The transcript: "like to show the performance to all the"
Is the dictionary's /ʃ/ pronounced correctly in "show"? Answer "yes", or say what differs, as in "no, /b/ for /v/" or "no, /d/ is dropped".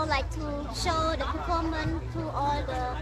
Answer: yes